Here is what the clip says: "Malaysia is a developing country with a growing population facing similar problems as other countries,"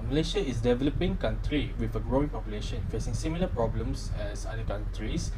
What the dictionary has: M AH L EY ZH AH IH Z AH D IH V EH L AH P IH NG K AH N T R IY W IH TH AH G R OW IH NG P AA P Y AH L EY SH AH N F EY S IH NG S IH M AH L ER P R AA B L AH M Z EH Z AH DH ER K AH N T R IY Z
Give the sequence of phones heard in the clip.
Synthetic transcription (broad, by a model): M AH L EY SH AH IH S D IH V EH L AH P IH NG K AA N T R IY W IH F AH G R OW IH NG P AA P Y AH L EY SH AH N F EY S IH NG S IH M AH L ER P R AA B L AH M S EH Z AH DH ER K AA N T R IY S